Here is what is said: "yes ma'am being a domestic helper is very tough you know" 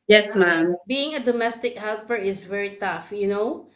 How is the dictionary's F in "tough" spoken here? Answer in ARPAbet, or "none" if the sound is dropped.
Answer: F